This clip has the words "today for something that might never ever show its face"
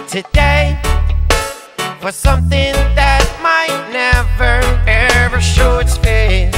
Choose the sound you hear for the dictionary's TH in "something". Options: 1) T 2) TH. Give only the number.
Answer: 2